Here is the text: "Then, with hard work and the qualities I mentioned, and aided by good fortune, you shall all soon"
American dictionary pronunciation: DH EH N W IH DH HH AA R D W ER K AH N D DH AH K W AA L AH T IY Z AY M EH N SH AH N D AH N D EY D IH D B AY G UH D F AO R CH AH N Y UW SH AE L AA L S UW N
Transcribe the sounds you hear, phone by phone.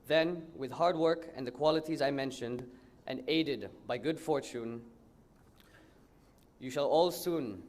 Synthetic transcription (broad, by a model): DH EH N W IH DH HH AA R D W ER K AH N DH AH K W AA L AH T IY Z AY M EH N SH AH N D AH N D EY D IH D B AY G UH D F AO R CH AH N Y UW SH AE L AA L S UW N